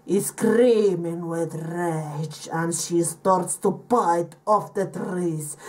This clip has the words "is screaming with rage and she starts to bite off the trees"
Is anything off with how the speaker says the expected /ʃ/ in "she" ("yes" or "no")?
no